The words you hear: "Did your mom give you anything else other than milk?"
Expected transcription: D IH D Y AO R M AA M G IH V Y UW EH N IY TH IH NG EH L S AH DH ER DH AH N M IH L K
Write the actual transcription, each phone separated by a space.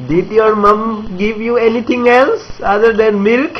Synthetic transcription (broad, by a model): D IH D Y AO R M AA M G IH V Y UW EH N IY T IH NG EH L S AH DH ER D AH N M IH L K